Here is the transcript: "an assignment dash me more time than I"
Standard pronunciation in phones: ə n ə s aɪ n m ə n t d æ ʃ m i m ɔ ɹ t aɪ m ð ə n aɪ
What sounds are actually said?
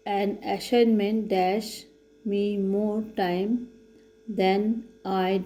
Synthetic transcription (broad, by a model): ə n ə ʃ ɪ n m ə n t d æ ʃ m i m ɔ ɹ t aɪ m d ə n aɪ